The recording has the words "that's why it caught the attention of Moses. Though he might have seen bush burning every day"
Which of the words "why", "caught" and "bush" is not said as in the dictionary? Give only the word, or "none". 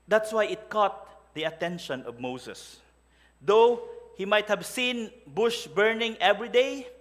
none